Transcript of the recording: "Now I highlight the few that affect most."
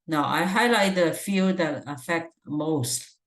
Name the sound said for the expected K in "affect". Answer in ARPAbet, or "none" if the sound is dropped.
K